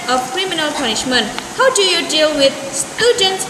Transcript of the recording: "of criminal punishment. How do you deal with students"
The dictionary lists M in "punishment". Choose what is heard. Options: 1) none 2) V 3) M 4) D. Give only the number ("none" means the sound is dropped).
3